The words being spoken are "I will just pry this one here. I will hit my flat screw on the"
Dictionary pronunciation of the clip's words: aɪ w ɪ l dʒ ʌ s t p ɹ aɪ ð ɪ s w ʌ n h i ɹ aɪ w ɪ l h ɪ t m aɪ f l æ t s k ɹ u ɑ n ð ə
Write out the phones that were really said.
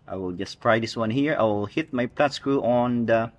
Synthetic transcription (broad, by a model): aɪ w ɪ l dʒ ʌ s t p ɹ aɪ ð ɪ s w ʌ n h i ɹ aɪ w ɪ l h ɪ t m aɪ p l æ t s k ɹ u ɑ n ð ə